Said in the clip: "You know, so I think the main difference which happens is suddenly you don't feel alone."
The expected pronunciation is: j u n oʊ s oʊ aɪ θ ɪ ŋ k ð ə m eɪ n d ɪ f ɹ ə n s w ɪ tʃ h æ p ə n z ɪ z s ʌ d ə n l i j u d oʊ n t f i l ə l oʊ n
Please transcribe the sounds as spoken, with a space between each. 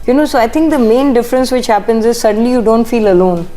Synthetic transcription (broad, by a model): j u n oʊ s oʊ aɪ t ɪ ŋ k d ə m eɪ n d ɪ f ɹ ə n s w ɪ tʃ h æ p ə n z ɪ z s ʌ d ə n l i j u d oʊ n t f i l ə l oʊ n